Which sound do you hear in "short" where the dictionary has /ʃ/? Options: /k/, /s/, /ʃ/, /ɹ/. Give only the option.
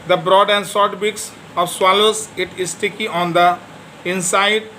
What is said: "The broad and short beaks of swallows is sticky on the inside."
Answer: /s/